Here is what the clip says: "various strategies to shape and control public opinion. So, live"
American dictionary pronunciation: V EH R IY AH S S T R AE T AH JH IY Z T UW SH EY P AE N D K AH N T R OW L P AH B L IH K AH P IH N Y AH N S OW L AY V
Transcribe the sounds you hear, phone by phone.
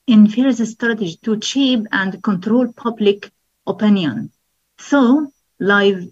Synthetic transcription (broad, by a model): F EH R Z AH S S T R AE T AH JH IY T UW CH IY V AE N D K AH N T R OW L P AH B L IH K AH P IH N Y AH N S OW L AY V